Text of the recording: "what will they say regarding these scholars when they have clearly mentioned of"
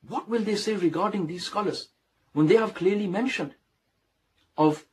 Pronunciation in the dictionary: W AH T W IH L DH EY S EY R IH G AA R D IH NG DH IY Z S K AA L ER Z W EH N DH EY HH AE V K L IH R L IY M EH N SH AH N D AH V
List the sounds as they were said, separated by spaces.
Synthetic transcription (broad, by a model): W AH T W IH L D EY S EY R IH G AA R D IH NG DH IY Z S K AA L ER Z W EH N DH EY HH AE V K L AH R L IY M EH N SH AH N D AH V